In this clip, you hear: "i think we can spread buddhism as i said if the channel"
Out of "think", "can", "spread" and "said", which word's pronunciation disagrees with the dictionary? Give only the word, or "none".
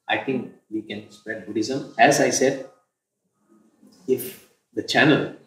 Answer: think